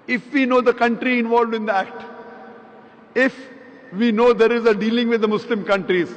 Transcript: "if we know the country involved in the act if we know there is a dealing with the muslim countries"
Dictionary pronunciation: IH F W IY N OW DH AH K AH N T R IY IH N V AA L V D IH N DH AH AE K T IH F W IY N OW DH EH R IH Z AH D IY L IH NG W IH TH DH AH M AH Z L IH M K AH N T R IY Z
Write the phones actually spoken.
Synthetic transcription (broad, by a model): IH F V IY N OW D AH K AH N T R IY IH N V AA L V D IH N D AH AE K T IH F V IY N OW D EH R IH Z AH D IY L IH NG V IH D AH M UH S L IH M K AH N T R IY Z